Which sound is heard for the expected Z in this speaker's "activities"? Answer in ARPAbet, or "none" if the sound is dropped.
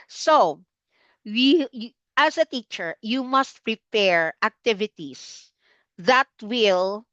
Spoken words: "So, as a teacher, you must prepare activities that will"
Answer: S